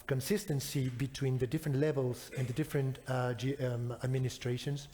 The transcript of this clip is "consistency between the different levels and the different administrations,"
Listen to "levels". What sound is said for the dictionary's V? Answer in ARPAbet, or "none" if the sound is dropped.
V